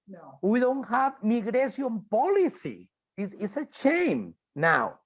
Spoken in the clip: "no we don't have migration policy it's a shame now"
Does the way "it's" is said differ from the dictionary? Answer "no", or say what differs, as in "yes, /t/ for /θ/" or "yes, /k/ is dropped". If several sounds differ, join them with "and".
yes, /s/ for /t/